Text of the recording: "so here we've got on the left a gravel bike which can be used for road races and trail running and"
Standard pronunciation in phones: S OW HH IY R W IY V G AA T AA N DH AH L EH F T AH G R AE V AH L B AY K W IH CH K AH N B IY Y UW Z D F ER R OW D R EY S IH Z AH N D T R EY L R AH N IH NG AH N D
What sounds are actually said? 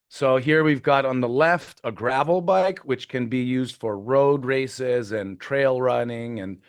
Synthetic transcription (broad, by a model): S OW HH IY R W IY V G AA T N DH AH L EH F T AH G R AE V L B AY K W IH CH K AH N B IY Y UW Z D F ER R OW D R EY S IH Z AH N T R EY L R AH N IH NG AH N